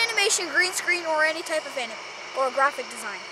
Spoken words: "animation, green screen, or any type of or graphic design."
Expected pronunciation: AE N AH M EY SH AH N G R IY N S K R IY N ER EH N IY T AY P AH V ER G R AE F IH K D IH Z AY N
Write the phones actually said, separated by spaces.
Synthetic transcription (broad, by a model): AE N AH M EY SH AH N G R IY N S K R IY N ER EH N IY T AY P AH V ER G R AE F IH K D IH Z AY N